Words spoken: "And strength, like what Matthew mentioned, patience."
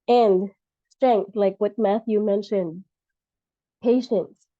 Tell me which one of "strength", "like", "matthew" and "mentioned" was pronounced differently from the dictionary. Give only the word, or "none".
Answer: none